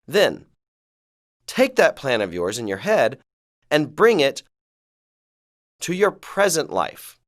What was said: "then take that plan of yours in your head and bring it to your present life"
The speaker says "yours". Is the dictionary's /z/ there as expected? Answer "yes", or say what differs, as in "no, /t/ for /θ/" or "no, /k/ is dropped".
yes